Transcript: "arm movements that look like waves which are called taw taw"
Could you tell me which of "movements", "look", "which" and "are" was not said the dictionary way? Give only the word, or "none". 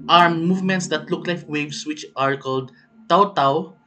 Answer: none